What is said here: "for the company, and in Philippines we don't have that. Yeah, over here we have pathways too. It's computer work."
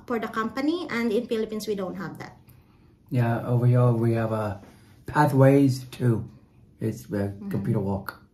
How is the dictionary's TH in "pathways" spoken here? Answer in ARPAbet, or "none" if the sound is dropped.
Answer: TH